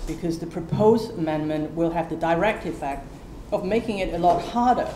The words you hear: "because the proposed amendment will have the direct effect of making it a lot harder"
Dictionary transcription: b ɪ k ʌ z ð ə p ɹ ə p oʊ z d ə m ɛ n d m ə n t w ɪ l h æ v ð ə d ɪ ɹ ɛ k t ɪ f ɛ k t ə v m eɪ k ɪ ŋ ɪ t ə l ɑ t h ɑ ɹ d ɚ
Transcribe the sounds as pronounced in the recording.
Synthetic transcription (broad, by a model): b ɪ k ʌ z ð ə p ɹ ə p oʊ z d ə m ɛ n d m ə n t w ɪ l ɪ v ð ə d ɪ ɹ ɛ k t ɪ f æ k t ə v m eɪ k ɪ ŋ ɪ t ə l ɑ t h ɑ ɹ d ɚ